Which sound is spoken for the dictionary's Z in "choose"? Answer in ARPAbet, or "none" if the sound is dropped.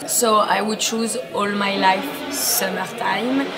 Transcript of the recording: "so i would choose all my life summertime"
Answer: Z